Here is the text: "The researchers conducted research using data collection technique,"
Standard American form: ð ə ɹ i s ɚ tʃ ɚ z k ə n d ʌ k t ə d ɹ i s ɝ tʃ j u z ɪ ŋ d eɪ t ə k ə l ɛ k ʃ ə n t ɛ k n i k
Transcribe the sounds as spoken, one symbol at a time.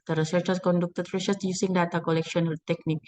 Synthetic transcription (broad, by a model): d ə ɹ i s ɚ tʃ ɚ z k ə n d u k t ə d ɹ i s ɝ s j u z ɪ ŋ d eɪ t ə k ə l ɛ k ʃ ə n t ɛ k n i k